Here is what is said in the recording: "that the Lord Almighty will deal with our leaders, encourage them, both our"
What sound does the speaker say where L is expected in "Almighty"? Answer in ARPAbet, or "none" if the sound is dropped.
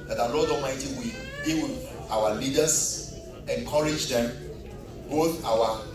none